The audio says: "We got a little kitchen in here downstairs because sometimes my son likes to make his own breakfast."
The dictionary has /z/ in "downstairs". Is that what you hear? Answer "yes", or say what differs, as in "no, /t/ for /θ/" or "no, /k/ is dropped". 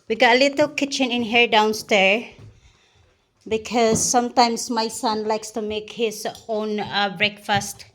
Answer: no, /z/ is dropped